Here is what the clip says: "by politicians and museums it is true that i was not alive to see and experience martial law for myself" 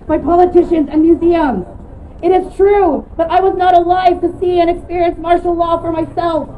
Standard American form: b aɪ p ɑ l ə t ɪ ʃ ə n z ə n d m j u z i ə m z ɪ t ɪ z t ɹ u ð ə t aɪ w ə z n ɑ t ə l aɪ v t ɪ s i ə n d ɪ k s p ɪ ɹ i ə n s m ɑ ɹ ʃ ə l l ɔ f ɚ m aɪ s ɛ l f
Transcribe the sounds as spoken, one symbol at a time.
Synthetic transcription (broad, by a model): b aɪ p ɑ l ə t ɪ ʃ ə n z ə n m j u z i ə m z ɪ t ɪ z t ɹ u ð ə t aɪ w ə z n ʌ t ə l aɪ v t ɪ s i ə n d ɪ k s p ɪ ɹ i ə n s m ɑ ɹ ʃ l l ɔ f ɚ m aɪ s ɛ l f